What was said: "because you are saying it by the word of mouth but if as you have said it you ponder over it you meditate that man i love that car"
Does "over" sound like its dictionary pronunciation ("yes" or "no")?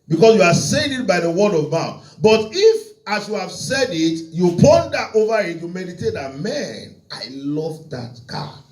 yes